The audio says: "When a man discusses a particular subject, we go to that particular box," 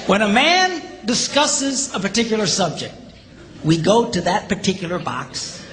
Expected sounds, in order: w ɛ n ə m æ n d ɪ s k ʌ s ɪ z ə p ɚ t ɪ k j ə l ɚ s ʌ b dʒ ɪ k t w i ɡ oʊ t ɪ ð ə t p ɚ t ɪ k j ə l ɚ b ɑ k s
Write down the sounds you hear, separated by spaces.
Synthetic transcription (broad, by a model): w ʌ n ə m æ n d ɪ s k ʌ s ɪ z ə p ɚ t ɪ k j l ɚ s ʌ b dʒ ɪ k t w i ɡ oʊ t ɪ ð ə t p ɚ t ɪ k j l ɚ b ɑ k s